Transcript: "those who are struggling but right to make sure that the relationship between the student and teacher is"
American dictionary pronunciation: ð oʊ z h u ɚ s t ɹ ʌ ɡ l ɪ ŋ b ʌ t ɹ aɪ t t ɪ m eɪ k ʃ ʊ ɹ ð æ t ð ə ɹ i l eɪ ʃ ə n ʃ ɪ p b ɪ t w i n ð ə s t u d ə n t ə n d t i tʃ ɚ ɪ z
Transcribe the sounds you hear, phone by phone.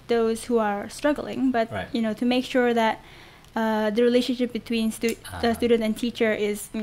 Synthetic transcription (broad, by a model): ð oʊ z h u ɚ s t ɹ ʌ ɡ l ɪ ŋ b ʌ t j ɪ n t ɪ m eɪ k ʃ ʊ ɹ ð æ t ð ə ɹ i l eɪ ʃ ə n ʃ ɪ p b ɪ t w i n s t s t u d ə n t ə n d t i tʃ ɚ ɪ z